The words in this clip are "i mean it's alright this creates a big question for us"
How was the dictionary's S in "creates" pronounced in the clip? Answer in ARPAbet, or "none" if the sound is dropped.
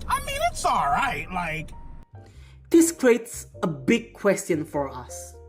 S